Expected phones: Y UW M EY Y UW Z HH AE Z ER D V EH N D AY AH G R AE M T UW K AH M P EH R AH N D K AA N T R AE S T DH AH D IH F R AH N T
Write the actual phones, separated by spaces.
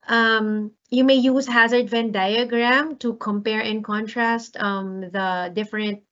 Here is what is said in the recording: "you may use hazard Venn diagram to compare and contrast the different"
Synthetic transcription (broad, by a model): Y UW M EY Y UW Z HH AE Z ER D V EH N D AY AH G R AE M T UW K AH M P EH R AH N K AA N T R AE S T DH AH D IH F R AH N T